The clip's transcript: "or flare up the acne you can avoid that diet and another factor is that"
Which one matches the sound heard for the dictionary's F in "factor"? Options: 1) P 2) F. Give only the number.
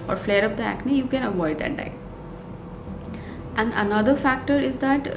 2